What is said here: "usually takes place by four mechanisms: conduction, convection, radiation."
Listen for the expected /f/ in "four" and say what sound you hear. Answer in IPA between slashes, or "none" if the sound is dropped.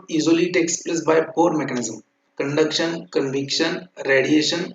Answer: /p/